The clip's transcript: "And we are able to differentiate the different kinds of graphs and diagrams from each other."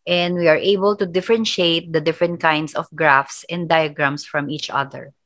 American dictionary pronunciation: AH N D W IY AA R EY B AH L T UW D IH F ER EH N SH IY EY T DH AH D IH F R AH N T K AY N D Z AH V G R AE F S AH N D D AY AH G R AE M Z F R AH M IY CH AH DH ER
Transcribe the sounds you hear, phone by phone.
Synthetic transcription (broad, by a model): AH N D W IY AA R EY B AH L T UW D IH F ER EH N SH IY EY T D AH D IH F R AH N T K AY N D S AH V G R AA F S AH N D D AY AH G R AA M S F R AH M IY CH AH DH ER